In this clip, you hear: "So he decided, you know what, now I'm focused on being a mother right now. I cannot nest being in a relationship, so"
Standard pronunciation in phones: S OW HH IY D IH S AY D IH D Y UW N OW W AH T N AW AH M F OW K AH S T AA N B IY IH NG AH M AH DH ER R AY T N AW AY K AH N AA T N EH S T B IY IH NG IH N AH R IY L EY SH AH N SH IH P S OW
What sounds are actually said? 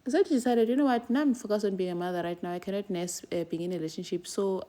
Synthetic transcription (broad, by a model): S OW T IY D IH S AY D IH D Y UW N OW W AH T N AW AH M F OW K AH S AA N B IY IH NG AH M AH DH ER R AY T N AW AY K AH N AA T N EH S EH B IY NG IH N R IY L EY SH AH N SH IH P S OW